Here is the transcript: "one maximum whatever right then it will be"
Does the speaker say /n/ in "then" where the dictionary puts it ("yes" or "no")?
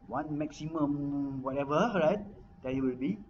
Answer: no